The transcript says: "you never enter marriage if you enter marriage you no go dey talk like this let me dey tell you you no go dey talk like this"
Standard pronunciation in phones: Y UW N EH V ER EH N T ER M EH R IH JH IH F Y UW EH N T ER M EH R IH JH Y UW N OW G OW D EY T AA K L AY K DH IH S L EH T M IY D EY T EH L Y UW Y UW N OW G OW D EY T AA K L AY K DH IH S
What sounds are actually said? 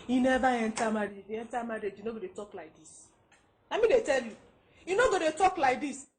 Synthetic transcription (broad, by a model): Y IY N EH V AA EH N T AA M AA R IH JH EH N T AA M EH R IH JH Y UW N OW G OW D EY T AA K L AY K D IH S N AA M IY D EY T EH L Y UW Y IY N OW G OW D EY T AA K L AY K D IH S